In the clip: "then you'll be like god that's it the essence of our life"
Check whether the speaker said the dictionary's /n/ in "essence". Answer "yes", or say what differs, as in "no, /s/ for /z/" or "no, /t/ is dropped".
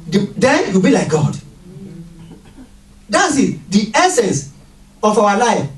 yes